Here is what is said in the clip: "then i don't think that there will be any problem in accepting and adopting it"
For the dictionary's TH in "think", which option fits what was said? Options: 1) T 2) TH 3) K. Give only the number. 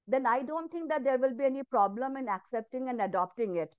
1